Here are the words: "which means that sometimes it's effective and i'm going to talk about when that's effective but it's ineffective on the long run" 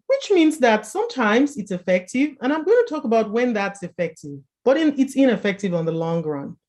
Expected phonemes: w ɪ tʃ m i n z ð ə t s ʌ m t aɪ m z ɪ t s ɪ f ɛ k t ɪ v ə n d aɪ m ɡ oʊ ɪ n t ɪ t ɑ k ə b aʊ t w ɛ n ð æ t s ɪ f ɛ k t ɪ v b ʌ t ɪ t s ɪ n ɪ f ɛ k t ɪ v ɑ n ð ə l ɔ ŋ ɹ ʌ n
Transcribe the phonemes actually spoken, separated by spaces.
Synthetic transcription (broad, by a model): w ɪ tʃ m i n z ð ə t s ʌ m t aɪ m z ɪ t s ɪ f ɛ k t ɪ v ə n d aɪ m ɡ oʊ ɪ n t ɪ t ɑ k ə b aʊ t w ɛ n ð æ t s ɪ f ɛ k t ɪ v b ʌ t ɪ t s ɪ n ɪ f ɛ k t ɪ v n ð ə l ɔ ŋ ɹ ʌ n